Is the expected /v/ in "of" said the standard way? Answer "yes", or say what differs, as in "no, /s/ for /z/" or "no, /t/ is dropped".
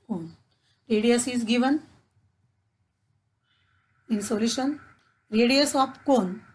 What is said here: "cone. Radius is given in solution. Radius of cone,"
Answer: no, /p/ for /v/